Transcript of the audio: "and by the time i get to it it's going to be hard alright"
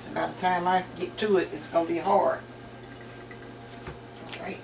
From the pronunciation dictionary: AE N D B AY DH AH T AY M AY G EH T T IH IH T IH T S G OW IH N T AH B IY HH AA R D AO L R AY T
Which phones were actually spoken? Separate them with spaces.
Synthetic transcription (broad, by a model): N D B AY DH AH T AY M AY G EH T T IH IH T IH T S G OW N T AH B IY HH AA R AH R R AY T